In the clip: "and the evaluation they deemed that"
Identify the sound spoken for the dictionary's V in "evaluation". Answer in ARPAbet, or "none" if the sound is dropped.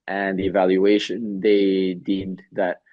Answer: V